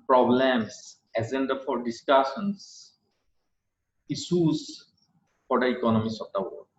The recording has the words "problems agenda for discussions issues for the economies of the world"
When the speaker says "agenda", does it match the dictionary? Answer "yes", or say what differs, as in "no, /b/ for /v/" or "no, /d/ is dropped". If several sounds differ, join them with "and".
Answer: no, /z/ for /dʒ/